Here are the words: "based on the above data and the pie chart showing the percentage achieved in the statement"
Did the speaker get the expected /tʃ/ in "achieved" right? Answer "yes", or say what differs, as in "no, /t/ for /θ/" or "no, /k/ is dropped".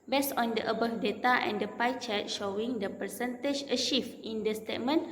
no, /ʃ/ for /tʃ/